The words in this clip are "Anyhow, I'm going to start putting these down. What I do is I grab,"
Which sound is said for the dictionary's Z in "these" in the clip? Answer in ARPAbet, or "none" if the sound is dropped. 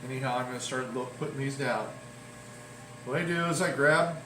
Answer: Z